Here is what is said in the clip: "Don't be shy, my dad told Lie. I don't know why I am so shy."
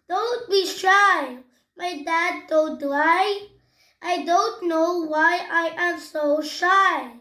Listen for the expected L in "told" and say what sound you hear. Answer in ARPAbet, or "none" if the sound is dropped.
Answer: N